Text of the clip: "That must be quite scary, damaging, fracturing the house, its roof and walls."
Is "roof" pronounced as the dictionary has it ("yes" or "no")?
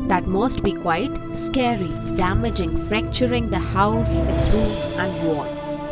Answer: no